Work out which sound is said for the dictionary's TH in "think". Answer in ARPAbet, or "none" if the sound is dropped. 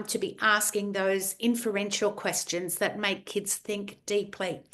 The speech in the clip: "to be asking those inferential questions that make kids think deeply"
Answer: TH